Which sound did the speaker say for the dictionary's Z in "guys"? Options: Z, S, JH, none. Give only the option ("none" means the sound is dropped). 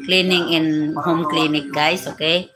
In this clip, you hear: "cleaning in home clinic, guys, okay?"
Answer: S